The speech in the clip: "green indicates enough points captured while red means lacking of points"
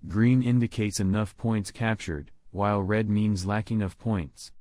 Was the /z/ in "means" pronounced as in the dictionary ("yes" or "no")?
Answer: yes